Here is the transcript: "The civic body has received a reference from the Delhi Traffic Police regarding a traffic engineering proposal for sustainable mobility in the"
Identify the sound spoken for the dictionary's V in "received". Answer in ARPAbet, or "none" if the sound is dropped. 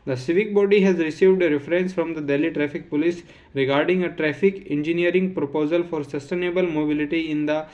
V